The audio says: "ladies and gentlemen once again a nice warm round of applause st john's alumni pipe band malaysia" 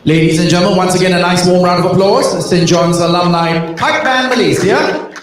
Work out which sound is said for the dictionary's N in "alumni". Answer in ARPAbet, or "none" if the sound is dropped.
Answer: L